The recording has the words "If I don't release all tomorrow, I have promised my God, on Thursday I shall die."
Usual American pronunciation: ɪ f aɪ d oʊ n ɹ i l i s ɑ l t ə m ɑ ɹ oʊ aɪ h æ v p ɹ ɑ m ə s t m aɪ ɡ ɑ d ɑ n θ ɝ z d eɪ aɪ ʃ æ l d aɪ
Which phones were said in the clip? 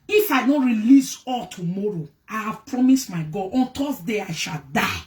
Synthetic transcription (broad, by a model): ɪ f aɪ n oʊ ɹ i l i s ɑ l t ə m ɑ ɹ oʊ aɪ h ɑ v p ɹ ɑ m ə s t m aɪ ɡ ɑ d ɑ n t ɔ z d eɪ aɪ ʃ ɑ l d aɪ